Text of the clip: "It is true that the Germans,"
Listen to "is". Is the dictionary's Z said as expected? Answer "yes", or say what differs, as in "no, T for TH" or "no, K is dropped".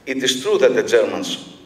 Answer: no, S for Z